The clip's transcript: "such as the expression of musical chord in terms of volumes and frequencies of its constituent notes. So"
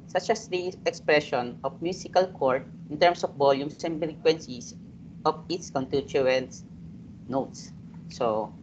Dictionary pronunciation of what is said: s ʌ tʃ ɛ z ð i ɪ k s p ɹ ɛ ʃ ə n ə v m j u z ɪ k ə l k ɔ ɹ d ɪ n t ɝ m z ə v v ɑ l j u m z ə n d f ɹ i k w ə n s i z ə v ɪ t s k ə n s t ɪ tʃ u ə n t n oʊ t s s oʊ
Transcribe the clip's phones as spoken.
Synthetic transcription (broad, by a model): s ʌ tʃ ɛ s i ɪ k s p ɹ ɛ ʃ ə n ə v m j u s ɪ k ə l k ɔ ɹ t ɪ n t ɝ m s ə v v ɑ l j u m s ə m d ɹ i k w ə n s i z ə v ɪ t s k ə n t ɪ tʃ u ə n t n oʊ t s s oʊ